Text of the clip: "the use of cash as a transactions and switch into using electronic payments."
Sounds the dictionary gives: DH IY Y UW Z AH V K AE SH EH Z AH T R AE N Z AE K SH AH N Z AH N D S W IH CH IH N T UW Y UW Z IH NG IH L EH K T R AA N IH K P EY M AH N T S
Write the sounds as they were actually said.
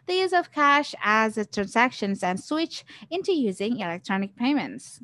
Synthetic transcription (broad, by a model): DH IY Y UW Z AH V K AE SH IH Z AH T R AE N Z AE K SH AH N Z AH N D S W IH CH IH N T UW Y UW Z IH NG IH L EH K T R AA N IH K P EY M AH N T S